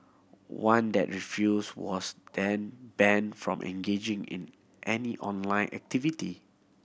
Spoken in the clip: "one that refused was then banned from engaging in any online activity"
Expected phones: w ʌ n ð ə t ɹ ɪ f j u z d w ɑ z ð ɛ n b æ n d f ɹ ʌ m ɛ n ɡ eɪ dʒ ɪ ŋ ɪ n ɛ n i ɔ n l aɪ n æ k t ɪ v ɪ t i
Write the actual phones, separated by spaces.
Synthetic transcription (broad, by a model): w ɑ n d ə t ɹ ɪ f j u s w ɑ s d ɛ n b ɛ n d f ɹ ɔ m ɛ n ɡ eɪ dʒ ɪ ŋ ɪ n ɛ n i ɔ n l aɪ n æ k t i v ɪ t i